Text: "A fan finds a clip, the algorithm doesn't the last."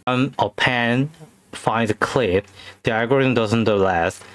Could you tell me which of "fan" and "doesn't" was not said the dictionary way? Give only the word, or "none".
fan